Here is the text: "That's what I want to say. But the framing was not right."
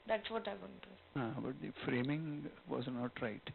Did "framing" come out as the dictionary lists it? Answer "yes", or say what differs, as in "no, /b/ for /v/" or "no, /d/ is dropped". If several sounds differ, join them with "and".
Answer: yes